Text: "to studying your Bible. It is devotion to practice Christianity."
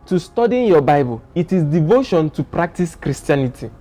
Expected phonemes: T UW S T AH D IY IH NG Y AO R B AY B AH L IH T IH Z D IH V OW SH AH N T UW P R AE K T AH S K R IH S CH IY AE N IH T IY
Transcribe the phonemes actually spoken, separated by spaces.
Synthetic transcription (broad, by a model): T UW S T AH D IY Y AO B AY B AH L IH T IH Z D IH V OW SH AH N T UW P R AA K T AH S K R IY S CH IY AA N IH T IY